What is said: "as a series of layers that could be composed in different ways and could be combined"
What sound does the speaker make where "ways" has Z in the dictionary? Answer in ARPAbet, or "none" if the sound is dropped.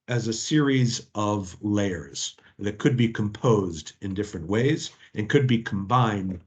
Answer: Z